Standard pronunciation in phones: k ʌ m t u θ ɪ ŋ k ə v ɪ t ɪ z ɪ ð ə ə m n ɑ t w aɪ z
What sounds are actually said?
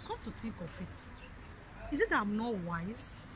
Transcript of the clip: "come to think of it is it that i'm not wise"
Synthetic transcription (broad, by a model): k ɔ t u t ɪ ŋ k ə f ɪ t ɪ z ɪ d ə ə m n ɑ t w aɪ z